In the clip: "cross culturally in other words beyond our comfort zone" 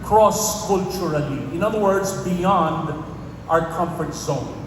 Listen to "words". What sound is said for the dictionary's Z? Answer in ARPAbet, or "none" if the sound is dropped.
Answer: Z